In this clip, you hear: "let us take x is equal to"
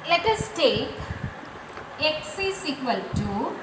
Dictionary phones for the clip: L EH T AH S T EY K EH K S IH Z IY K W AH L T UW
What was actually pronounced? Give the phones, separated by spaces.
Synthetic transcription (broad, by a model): L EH T AH S T EY K EH K S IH S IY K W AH L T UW